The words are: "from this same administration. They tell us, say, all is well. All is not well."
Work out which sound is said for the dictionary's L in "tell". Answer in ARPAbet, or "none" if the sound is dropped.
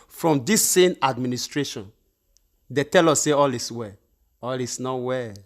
L